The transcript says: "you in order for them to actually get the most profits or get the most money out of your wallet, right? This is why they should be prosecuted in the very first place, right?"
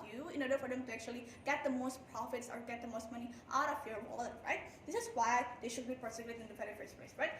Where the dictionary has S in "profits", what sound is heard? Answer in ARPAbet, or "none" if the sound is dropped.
S